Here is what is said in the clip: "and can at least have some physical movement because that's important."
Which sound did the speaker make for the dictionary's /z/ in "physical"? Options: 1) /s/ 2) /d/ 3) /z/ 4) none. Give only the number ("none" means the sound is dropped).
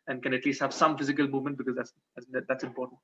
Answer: 3